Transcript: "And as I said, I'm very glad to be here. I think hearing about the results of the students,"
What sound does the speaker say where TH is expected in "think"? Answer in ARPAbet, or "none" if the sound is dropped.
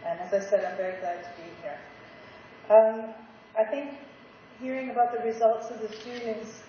TH